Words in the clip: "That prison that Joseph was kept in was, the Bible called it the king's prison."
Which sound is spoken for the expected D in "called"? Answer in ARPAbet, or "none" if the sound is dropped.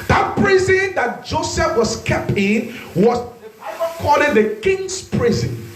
none